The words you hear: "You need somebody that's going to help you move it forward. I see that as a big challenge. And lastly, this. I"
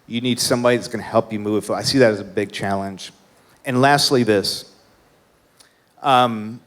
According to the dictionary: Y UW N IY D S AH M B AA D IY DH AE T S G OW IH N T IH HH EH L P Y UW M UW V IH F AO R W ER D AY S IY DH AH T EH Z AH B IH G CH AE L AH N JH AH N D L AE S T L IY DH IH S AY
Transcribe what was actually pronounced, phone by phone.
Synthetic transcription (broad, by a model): Y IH N IY D S AH M B AA D IY DH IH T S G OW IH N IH HH EH L P Y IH M UW V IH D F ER AY S IY DH AH T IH Z AH B IH G CH AE L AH N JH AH N L AE S T L IY DH IH S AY